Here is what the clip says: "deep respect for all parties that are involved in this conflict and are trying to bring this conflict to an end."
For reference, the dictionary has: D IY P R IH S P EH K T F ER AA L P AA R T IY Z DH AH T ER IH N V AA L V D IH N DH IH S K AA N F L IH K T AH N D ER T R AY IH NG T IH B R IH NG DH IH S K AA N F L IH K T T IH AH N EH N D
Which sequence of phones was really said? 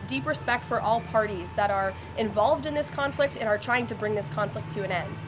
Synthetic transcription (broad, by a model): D IY P R IH S P EH K T F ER AA L P AA R T IY Z DH AH T ER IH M V AA L V D IH N DH IH S K AA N F L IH K T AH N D ER T R AY IH NG T IH B R IH NG DH IH S K AA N F L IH K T T IH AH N EH N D